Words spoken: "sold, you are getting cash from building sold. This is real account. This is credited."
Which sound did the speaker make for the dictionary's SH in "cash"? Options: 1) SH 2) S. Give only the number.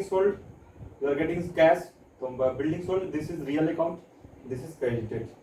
2